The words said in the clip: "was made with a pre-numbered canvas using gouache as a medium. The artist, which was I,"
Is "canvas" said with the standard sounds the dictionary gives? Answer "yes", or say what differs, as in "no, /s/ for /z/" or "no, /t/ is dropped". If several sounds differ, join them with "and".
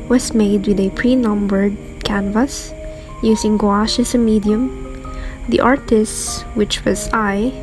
yes